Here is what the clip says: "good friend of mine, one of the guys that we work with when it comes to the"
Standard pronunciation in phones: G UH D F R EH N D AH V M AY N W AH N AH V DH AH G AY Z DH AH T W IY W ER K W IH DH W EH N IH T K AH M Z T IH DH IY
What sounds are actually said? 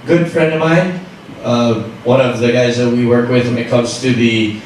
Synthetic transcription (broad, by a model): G UH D F R EH N D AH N M AY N W AH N AH V DH AH G AY Z DH AH T W IY W ER K W IH DH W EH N IH T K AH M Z T IH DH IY